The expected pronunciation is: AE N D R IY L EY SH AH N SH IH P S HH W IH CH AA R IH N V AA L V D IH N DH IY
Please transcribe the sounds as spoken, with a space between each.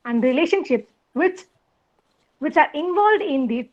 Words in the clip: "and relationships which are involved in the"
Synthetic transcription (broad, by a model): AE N D R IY L EY SH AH N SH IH P S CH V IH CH AA R IH N V AA L V D IH N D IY